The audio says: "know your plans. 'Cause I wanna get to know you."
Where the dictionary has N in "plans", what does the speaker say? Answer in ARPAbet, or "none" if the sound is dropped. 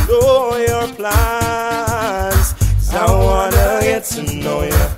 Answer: none